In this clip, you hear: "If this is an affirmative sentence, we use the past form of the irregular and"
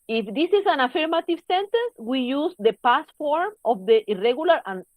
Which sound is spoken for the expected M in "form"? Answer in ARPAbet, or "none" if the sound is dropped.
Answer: M